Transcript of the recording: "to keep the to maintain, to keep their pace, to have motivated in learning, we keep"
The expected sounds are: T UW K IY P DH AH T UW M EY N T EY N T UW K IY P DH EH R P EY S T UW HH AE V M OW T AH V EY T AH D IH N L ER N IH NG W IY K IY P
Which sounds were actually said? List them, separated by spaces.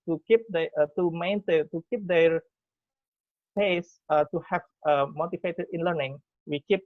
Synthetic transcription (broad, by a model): T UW K IY P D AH T UW M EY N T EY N T UW K IY P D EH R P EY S T UW HH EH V M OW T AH F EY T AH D IH N L ER N IH NG W IY K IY P